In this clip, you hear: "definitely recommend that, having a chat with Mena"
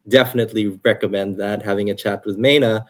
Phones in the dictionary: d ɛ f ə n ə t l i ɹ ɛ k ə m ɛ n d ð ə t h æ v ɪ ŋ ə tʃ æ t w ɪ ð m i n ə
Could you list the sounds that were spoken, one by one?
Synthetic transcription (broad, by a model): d ɛ f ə n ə t l i ɹ ɛ k ə m ɛ n d ð ə t h æ v ɪ ŋ ə tʃ æ t w ɪ ð m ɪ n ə